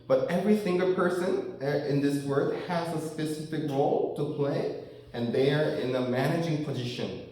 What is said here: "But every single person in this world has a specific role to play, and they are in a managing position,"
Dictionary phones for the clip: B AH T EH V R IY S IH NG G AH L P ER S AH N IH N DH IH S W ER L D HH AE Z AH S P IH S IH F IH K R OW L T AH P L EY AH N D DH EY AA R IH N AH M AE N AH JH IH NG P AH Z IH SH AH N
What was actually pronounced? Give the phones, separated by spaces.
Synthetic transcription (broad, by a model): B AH T EH V R IY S IH NG G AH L P ER S AH N IH N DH IH S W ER D HH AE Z AH S P IH S IH F IH K R OW L T AH P L EY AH N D DH EY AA R IH N AH M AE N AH JH IH NG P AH Z IH SH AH N